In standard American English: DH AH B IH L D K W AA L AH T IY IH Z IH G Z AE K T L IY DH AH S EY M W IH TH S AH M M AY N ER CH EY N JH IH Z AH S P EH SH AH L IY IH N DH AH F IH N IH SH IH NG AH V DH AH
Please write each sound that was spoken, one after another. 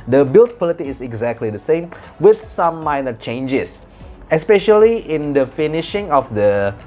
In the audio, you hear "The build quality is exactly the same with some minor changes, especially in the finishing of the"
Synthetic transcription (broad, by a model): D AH B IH L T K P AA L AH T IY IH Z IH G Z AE K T L IY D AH S EY M W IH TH S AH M M AY N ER CH EY N JH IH S AH S P EH SH AH L IY IH N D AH F IH N IH SH IH NG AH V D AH